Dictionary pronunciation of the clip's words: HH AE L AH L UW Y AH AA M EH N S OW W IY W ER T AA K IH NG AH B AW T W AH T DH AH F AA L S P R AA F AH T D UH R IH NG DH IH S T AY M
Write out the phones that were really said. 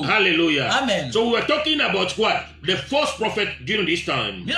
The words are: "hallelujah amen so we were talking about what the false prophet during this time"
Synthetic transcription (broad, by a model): HH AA L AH L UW Y AA M EH N S OW W IY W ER T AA K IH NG AH B AW T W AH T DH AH F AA S P R AA F AH T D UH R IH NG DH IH S T AY M